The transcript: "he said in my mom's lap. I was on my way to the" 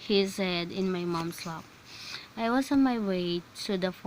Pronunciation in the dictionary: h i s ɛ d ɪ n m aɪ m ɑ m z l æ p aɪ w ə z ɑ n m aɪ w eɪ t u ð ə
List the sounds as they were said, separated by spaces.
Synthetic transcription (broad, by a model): h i s ɛ d ɪ n m aɪ m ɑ m s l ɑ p aɪ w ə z ɑ n m aɪ w eɪ t u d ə